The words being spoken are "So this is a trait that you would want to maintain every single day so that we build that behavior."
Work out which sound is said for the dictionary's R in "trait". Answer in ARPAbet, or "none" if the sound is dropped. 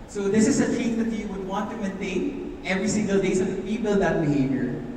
none